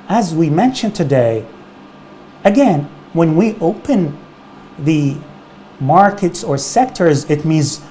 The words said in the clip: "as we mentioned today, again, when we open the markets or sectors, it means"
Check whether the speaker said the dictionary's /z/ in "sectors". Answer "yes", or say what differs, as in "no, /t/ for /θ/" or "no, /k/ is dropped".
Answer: yes